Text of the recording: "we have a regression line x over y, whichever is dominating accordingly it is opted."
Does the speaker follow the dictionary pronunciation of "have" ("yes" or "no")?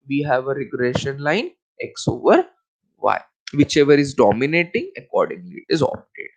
yes